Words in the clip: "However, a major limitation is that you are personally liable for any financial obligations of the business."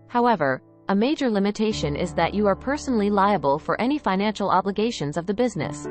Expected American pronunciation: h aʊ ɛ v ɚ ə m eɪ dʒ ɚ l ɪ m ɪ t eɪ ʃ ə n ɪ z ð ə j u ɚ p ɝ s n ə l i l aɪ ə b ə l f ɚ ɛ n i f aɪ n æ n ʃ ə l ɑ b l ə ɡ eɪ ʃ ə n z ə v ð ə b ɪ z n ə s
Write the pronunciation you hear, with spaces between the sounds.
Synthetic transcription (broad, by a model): h aʊ ɛ v ɚ ə m eɪ dʒ ɚ l ɪ m ɪ t eɪ ʃ ə n ɪ z ð ə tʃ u ɚ p ɝ s n l i l aɪ ə b ə l f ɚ ɛ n i f aɪ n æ n ʃ l ɑ b l ə ɡ eɪ ʃ ə n z ə v ð ə b ɪ z n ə s